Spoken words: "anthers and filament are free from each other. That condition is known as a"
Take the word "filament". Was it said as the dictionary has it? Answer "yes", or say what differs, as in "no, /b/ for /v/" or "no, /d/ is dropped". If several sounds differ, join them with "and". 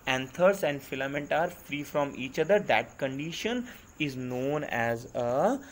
yes